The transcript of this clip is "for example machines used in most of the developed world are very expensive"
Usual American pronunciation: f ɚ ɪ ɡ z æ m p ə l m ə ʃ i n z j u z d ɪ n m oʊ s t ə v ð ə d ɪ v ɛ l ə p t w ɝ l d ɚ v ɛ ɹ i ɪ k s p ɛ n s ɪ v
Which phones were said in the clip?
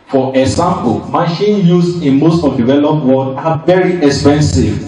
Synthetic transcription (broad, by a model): f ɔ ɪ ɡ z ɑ m p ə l m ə ʃ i n j u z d ɪ n m oʊ s t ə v d ɪ v ɛ l ə p t w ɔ d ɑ v ɛ ɹ i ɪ k s p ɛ n s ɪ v